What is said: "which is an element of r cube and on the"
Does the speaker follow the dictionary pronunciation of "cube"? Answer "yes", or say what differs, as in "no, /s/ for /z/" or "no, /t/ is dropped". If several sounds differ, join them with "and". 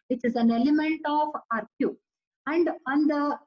no, /b/ is dropped